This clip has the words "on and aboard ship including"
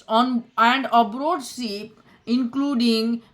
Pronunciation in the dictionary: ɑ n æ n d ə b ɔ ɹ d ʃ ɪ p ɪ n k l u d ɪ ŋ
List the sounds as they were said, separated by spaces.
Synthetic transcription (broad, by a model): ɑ n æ n d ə b ɔ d s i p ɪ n k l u d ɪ ŋ